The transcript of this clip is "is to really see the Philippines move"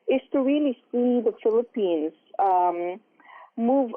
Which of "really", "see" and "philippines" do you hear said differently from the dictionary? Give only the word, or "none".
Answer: none